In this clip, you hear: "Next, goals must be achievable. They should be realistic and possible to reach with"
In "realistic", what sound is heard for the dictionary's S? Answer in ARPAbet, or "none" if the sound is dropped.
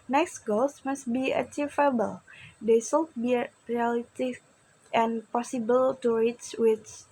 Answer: none